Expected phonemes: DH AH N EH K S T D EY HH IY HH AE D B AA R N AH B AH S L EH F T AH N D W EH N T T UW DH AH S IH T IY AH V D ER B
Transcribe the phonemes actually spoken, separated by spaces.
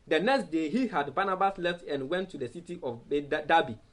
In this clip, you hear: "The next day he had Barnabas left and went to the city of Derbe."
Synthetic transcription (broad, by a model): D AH N EH K S T D EY HH IY HH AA D B AA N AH B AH S L EH F T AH N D W EH N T T UW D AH S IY T IY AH B D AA B